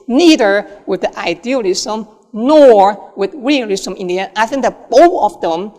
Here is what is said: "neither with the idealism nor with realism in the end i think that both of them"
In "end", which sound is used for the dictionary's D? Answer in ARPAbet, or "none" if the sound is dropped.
none